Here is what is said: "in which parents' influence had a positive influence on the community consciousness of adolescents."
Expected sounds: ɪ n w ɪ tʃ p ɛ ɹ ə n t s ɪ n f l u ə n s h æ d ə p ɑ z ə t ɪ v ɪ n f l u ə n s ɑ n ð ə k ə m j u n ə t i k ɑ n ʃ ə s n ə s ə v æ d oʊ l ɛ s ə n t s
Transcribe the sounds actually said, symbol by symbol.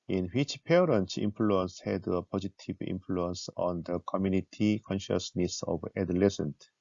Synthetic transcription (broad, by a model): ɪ n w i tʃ p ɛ ɹ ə n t i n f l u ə n s h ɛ d ə p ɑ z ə t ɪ b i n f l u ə n s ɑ n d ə k ə m j u n ə t i k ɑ n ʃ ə s n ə s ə b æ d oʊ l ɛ s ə n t